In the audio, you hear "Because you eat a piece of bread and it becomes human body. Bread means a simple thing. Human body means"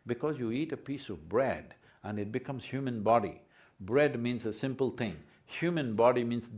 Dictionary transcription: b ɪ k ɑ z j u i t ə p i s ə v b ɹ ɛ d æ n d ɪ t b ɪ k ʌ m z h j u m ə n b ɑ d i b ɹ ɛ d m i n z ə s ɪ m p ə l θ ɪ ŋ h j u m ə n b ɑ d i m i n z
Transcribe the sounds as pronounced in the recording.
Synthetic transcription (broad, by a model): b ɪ k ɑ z j u i t ə p i s ə v b ɹ ɛ d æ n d ɪ t b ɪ k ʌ m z h j u m ə n b ɑ d i b ɹ ɛ d m i n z ə s ɪ m p ə l t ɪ ŋ h j u m ə n b ɑ d i m i n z